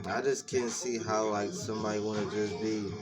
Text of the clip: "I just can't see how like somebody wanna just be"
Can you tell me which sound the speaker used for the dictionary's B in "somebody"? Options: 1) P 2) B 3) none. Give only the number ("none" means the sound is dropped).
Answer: 3